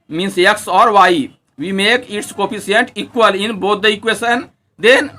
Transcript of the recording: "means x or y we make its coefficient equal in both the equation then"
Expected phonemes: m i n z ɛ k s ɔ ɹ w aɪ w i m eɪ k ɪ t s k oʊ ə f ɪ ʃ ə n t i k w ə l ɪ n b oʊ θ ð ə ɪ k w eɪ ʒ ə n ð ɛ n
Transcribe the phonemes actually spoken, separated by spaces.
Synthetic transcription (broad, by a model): m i n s ɛ k s ɔ ɹ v aɪ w i m eɪ k ɪ t s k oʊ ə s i ə n t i k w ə l ɪ n b oʊ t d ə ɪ k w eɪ s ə n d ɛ n